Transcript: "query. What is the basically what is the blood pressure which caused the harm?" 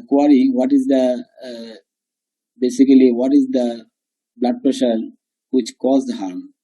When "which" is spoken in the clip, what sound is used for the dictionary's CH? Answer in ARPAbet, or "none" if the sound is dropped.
CH